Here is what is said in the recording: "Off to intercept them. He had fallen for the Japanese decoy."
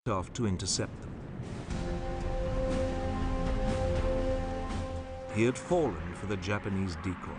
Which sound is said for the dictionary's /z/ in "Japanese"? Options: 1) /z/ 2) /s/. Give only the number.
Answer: 1